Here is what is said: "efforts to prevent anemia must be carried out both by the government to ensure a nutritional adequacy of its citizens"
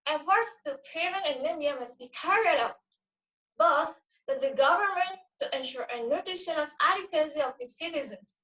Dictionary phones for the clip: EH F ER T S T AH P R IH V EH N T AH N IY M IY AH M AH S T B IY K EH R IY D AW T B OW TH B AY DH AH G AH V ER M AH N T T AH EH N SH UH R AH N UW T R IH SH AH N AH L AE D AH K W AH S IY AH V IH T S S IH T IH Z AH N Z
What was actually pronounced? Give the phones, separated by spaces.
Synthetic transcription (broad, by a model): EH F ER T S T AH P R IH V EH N AH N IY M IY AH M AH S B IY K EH R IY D AW T B OW TH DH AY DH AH G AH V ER M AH N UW T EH N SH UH R AH N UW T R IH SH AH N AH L AE D AH K W AH S IY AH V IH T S S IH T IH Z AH N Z